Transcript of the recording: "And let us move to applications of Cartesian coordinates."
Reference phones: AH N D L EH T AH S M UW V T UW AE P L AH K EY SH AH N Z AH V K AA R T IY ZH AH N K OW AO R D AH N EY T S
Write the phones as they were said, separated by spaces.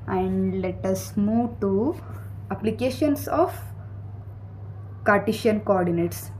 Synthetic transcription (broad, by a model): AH N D L EH T AH S M UW V T UW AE P L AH K EY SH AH N S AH F K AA R T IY SH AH N K OW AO R D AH N EY T S